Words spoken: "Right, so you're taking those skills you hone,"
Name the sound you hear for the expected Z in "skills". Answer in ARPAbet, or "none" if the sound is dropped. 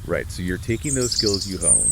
Z